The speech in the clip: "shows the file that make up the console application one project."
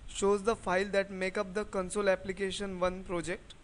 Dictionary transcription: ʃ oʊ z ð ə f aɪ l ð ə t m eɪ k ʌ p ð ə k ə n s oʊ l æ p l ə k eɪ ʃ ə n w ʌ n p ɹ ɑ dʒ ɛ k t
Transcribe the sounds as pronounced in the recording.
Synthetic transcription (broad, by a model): ʃ oʊ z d ə f aɪ l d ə t m eɪ k ʌ p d ə k ə n s oʊ l æ p l ə k eɪ ʃ ə n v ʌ n p ɹ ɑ dʒ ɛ k t